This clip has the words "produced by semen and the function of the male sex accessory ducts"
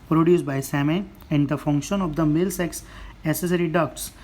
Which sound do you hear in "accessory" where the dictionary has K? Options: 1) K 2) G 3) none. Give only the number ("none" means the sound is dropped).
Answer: 3